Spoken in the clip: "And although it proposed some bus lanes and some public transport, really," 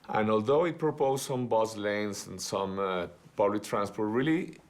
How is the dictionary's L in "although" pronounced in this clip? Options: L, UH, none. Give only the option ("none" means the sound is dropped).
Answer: L